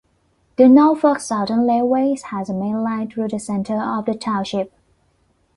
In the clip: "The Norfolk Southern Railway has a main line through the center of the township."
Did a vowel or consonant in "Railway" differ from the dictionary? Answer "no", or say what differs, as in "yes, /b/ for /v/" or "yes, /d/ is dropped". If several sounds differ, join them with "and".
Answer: yes, /l/ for /ɹ/ and /l/ is dropped